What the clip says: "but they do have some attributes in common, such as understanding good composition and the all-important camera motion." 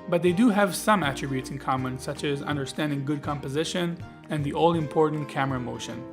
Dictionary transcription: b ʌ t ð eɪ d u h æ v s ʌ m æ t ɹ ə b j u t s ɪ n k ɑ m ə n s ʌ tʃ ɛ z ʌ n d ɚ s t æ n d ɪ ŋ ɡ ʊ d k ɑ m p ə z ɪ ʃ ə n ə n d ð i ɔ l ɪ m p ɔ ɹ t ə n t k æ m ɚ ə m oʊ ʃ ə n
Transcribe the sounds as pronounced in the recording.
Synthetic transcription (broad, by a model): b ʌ t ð eɪ d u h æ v s ʌ m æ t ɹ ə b j u t s ɪ n k ɑ m ə n s ʌ tʃ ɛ z ʌ n d ɚ s t æ n d ɪ ŋ ɡ ʊ d k ɑ m p ə z ɪ ʃ ə n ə n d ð i ɔ l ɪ m p ɔ ɹ t n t k æ m ɚ ə m oʊ ʃ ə n